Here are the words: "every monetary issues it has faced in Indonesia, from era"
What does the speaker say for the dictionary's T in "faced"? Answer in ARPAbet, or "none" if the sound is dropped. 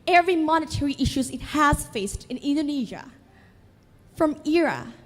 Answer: T